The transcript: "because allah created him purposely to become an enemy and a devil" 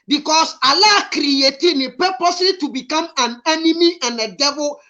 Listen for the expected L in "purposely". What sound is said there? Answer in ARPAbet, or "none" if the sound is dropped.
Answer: none